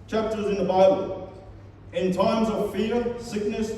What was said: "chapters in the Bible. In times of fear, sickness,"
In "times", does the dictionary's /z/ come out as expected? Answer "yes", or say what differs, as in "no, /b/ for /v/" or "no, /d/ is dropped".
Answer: yes